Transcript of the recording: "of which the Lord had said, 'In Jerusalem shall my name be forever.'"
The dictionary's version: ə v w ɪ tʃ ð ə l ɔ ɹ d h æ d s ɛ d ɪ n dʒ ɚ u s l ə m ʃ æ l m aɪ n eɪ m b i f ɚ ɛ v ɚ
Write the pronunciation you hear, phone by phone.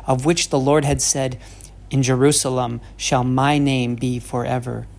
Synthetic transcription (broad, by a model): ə v w ɪ tʃ ð ə l ɔ ɹ d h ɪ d s ɛ d ɪ n dʒ ɚ u s l ə m ʃ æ l m aɪ n eɪ m b i f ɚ ɛ v ɚ